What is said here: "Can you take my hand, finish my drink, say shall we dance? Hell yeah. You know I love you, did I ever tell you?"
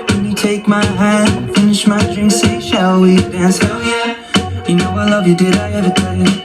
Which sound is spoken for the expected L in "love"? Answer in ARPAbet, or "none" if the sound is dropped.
L